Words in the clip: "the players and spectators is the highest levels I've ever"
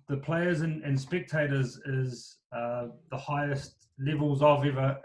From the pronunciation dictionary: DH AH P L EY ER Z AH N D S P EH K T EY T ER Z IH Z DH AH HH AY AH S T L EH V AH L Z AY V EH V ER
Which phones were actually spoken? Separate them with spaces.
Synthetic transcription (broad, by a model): DH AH P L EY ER Z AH N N S P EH K T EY T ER Z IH Z DH AH HH AY AH S T L EH V AH L Z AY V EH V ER